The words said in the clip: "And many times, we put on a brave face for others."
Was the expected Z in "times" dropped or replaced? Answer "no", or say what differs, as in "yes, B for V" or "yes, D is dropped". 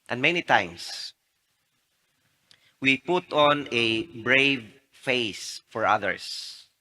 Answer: yes, S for Z